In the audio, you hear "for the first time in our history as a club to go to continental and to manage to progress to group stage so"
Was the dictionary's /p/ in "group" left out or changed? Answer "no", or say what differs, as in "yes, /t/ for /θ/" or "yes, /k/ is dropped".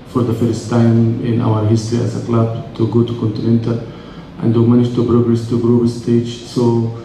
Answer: yes, /b/ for /p/